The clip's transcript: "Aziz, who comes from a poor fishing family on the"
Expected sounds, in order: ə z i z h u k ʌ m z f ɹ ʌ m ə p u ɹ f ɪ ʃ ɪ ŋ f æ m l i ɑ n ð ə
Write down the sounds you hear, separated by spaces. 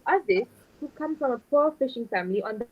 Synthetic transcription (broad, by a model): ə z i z h u k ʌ m f ɹ ʌ m ə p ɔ f ɪ ʃ ɪ ŋ f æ m l i ɑ n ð